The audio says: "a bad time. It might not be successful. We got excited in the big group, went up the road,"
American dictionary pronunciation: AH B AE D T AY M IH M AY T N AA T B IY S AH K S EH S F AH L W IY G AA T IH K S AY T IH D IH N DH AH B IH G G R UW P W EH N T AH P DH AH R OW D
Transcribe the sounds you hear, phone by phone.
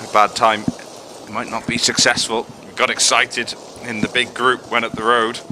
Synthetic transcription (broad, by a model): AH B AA D T AY M IH M AY T N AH T B IY S AH K S EH S F AH L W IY G AA T IH K S AY T IH D IH N DH AH B IH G G R UW P W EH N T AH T DH AH R OW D